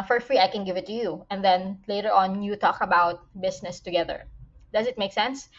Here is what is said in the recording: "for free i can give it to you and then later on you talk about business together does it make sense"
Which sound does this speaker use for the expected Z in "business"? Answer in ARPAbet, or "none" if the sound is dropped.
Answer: S